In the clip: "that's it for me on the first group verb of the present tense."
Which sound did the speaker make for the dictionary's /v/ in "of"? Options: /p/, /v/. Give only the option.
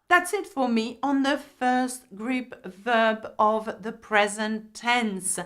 /v/